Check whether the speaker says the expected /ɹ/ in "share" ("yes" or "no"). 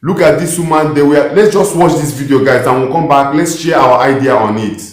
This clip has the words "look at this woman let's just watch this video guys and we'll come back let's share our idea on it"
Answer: no